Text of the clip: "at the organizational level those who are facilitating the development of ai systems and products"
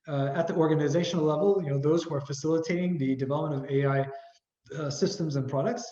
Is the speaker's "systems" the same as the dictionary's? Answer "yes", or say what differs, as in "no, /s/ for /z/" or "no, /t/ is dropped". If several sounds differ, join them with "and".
yes